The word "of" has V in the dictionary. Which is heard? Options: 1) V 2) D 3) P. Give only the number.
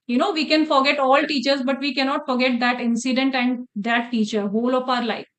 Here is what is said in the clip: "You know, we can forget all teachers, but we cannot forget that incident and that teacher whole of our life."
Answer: 3